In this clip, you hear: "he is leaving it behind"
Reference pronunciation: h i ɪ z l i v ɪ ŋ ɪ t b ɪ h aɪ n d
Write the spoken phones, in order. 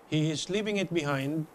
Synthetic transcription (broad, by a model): h i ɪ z l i p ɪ ŋ ɪ t b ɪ h aɪ n d